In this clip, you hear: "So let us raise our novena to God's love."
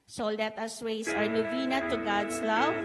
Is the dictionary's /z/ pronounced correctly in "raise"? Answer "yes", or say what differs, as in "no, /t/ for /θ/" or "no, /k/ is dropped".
no, /s/ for /z/